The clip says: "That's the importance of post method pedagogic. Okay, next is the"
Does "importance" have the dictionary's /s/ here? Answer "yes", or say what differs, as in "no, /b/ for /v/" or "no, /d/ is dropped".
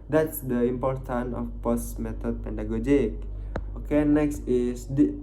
no, /s/ is dropped